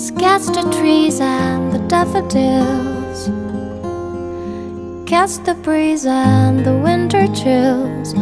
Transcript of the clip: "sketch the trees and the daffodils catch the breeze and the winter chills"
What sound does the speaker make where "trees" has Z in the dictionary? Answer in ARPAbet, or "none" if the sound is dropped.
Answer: Z